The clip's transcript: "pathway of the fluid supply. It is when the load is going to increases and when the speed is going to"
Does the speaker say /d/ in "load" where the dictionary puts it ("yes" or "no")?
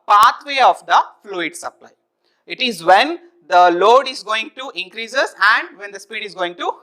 yes